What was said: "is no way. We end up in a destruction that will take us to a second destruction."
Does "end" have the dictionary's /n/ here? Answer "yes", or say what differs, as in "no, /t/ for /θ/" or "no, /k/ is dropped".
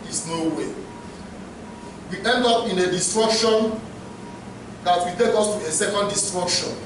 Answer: yes